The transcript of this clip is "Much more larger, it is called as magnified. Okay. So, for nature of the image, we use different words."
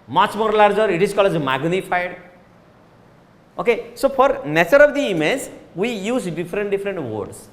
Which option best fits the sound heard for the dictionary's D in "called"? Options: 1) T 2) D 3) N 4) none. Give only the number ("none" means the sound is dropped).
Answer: 4